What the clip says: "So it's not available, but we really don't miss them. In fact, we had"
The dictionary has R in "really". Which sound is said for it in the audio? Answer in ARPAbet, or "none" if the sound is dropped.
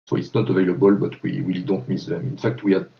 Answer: W